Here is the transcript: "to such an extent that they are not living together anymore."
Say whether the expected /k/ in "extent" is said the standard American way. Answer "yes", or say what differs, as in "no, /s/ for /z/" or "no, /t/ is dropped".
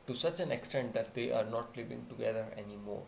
yes